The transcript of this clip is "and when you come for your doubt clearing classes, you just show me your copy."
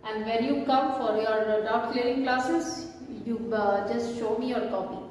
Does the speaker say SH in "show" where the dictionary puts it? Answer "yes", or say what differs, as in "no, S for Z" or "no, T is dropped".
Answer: yes